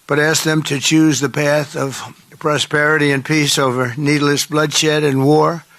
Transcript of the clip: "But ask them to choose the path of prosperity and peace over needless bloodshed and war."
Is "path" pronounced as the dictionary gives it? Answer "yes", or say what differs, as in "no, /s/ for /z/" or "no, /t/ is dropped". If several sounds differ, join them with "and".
yes